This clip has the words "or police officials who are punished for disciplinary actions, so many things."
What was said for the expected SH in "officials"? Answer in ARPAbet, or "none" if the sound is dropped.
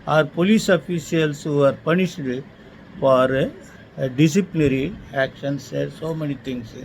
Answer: S